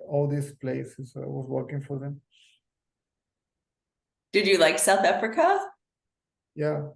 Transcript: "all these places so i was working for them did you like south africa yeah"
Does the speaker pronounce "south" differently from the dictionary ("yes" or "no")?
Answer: no